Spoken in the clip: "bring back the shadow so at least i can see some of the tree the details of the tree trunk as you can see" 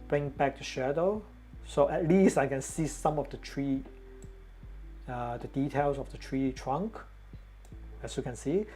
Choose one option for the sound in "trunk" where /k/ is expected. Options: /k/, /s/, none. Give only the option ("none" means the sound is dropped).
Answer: /k/